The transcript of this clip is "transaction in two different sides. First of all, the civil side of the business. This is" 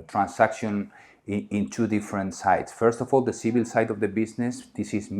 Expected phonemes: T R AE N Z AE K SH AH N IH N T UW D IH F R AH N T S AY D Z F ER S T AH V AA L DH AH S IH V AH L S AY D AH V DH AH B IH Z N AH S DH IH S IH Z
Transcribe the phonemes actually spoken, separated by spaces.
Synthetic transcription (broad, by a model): T R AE N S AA K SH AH N IH N T UW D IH F R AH N T S AY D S F ER S T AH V AA L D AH S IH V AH L S AY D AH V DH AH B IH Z N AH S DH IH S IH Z